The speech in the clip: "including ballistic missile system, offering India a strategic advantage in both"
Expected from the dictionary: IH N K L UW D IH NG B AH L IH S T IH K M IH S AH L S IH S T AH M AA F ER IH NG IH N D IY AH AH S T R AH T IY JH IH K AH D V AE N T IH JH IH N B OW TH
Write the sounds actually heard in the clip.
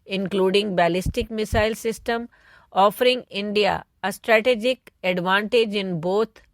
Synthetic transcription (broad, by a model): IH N K L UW D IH NG B AH L IH S T IH K M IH S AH L S IH S T AH M AA F ER IH NG IH N D IY AH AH S T R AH T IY JH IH K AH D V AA N T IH JH IH N B OW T